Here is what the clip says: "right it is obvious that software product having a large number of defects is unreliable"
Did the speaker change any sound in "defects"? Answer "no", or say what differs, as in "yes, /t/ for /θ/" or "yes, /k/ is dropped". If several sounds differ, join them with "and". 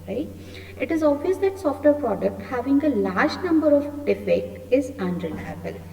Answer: yes, /s/ is dropped